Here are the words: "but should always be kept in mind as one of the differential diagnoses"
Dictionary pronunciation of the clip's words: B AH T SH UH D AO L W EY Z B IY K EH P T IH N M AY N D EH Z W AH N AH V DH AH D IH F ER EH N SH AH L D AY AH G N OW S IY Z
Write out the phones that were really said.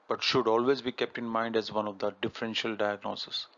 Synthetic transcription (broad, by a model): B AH T SH UH D AO L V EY Z B IY K EH P T IH N M AY N D EH Z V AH N AH V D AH D IH F ER EH N SH AH L D AY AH G N OW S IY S